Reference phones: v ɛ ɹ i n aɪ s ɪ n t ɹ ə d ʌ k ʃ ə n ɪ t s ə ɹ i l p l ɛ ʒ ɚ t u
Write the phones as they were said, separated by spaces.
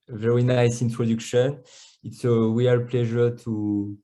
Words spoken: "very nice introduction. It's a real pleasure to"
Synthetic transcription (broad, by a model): v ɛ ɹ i n aɪ s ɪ n t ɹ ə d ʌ k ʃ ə n ɪ t s ə w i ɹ p l ɛ ʒ ɚ t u